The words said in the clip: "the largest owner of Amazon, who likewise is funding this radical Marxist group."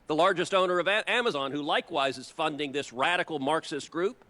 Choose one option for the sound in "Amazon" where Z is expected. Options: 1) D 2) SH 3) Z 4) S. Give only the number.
3